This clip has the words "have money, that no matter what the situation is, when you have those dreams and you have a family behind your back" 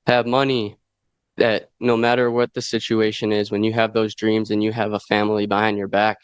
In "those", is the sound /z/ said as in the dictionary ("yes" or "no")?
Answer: yes